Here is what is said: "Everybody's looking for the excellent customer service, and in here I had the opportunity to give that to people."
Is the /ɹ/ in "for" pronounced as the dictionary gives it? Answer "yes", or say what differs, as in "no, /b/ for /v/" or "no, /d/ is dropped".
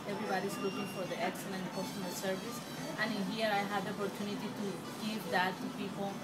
yes